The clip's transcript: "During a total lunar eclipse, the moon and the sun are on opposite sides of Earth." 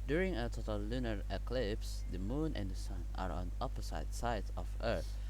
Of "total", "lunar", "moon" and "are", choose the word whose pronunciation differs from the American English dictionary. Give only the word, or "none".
none